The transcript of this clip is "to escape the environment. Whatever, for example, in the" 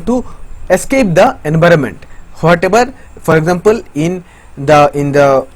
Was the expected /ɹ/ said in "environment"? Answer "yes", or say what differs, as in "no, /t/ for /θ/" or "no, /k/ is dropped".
yes